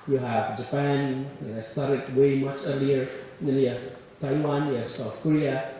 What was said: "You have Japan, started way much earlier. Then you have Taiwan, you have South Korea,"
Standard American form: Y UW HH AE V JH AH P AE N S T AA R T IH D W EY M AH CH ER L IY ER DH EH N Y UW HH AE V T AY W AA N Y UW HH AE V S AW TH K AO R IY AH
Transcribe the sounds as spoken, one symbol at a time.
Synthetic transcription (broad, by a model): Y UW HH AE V JH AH P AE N S T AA R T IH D W EY M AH CH ER L IY ER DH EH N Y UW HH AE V T AY W AA N Y UW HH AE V S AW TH K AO R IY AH